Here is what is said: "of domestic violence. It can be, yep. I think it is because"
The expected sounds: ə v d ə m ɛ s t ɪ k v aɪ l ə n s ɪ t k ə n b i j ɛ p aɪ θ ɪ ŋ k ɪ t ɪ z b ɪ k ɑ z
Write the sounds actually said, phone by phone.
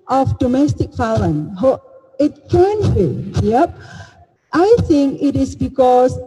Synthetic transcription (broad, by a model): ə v d ə m ɛ s t ɪ k f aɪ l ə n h ɪ t k ə n b i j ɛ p aɪ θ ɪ ŋ k ɪ t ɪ s b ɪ k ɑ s